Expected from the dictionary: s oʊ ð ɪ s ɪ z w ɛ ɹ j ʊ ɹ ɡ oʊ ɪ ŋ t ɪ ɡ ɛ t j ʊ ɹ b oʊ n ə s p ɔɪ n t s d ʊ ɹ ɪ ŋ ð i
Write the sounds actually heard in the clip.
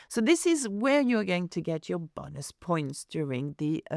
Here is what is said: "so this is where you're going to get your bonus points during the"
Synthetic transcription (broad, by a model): s oʊ ð ɪ s ɪ z w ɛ ɹ j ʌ ɹ ɡ oʊ ɪ ŋ t ɪ ɡ ɛ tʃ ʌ ɹ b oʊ n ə s p ɔɪ n t s d ʊ ɹ ɪ ŋ ð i